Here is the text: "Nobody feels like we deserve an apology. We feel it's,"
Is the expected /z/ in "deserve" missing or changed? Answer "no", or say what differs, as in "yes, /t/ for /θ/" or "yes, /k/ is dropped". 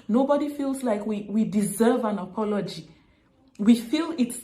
no